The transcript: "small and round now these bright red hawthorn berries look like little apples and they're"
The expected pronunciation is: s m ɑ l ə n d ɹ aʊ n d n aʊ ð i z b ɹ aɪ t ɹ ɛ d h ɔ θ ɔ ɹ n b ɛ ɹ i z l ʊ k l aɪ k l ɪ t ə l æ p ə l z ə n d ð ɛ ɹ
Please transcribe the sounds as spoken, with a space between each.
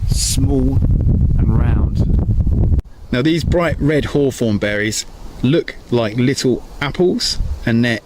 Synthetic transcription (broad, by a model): s m ɑ l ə n ɹ aʊ n d n aʊ ð i z b ɹ aɪ t ɹ ɛ d h ɔ f ɔ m b ɛ ɹ i z l ʊ k l aɪ k l ɪ t ə l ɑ p ə l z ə n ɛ